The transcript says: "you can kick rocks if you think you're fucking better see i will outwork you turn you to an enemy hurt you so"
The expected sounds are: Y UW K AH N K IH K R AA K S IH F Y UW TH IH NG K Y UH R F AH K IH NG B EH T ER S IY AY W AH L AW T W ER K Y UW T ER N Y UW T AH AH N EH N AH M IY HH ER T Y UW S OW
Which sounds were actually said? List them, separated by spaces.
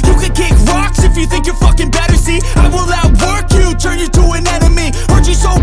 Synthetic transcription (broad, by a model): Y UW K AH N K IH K R AA K S IH F Y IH TH IH NG K Y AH R F AH K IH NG B EH T ER S IY AY W AH L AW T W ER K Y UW T ER N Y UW T AH AH N EH N AH M IY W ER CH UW S OW